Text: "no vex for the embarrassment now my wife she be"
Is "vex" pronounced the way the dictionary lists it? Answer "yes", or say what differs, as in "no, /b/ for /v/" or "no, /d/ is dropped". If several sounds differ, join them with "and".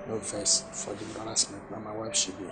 no, /k/ is dropped